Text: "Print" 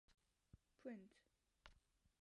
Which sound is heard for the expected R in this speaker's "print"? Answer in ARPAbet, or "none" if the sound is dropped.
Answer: W